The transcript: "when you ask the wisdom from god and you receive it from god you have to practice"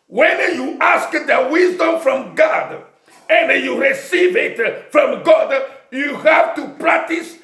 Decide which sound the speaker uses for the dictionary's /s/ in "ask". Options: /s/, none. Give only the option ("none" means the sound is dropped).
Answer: /s/